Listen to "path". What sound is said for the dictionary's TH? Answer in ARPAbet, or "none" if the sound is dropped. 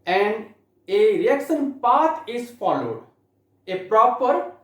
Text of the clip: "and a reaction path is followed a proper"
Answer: T